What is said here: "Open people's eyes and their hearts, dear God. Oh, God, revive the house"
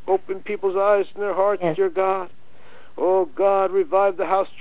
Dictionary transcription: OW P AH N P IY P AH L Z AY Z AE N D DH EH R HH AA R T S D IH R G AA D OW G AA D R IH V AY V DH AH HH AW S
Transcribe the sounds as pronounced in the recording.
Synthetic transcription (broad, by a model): OW P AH N P IY P L Z AY Z N DH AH R HH AA R T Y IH R G AA D OW G AA D R IH V AY V DH AH HH AW S